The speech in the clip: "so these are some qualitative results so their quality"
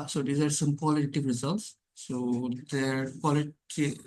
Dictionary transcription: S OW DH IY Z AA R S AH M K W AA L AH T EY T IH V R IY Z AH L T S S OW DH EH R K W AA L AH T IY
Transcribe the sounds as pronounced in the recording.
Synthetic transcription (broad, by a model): S OW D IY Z AA R S AH M K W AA L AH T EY T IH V R IY Z AH L T S S OW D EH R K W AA L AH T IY